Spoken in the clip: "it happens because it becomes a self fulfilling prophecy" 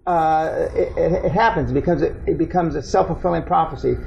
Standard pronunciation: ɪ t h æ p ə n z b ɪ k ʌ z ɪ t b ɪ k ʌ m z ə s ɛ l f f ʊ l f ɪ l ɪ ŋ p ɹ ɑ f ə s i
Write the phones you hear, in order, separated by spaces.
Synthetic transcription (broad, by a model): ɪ t h æ p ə n z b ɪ k ʌ z ɪ t b ɪ k ʌ m z ə s ɛ l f f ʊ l f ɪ l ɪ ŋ p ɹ ɑ f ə s i